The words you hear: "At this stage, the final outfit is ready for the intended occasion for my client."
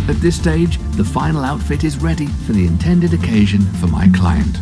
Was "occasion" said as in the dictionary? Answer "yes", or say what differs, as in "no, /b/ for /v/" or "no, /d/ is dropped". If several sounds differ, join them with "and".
yes